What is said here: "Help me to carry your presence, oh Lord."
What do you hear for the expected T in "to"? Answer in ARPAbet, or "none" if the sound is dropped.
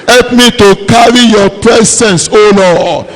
T